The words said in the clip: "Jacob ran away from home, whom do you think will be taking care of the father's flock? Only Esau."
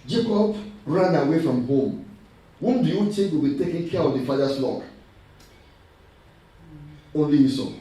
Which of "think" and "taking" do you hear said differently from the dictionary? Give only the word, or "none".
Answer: think